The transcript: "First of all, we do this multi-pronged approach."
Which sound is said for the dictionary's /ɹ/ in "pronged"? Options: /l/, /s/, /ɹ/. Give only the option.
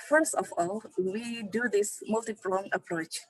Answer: /l/